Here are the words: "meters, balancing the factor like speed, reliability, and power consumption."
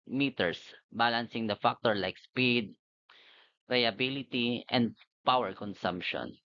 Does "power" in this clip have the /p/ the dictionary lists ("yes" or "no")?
yes